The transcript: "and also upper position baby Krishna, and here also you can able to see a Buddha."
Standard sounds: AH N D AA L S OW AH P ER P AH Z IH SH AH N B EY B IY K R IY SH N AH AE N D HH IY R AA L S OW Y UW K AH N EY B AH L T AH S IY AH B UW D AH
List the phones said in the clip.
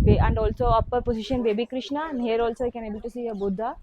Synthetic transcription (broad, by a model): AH N D AA L S OW AH P ER P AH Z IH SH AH N B EY B IY K R IY SH N AH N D HH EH R AA L S OW K AH N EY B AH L T AH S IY AH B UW D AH